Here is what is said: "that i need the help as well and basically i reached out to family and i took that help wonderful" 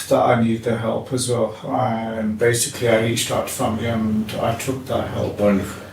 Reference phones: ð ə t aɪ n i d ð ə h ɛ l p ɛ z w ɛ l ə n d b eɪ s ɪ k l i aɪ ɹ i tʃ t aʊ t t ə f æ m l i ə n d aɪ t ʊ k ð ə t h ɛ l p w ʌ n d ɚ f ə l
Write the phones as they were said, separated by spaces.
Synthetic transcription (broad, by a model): ð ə t aɪ n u d ð ə h ɛ l p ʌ z w ɛ l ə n b eɪ s ɪ k l i aɪ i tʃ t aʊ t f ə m i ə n aɪ t ʊ k ð ə t h ɛ l p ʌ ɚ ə